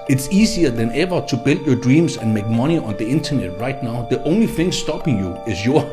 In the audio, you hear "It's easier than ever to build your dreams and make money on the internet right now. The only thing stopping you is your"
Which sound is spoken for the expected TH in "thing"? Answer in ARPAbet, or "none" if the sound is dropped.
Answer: TH